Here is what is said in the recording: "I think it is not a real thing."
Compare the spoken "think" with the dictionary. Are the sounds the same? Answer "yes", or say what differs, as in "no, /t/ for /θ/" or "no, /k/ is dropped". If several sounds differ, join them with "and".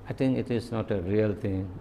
no, /t/ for /θ/